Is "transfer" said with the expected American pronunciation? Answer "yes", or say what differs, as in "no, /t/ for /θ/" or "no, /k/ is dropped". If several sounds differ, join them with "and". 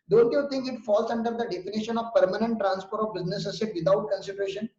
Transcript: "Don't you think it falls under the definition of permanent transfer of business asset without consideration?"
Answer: no, /p/ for /f/